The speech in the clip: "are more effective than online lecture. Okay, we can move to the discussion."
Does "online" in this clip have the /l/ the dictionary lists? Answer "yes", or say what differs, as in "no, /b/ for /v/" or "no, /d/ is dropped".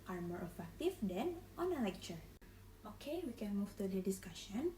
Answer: no, /l/ is dropped